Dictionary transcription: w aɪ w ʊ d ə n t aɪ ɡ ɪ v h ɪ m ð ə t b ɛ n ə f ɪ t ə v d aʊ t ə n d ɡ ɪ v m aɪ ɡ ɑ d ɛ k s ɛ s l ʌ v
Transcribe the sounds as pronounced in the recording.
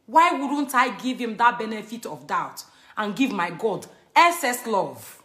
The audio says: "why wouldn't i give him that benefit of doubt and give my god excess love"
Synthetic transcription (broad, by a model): w aɪ w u d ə n t aɪ ɡ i v h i m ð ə t b ɛ n ə f ɪ t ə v d aʊ t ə n ɡ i v m aɪ ɡ ɑ d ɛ s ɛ s l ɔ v